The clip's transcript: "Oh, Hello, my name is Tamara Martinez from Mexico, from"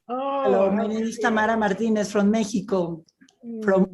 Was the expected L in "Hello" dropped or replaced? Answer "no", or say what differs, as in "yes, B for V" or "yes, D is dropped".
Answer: yes, L is dropped